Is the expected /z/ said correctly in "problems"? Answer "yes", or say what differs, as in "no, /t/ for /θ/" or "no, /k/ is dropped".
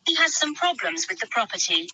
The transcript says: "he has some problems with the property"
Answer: yes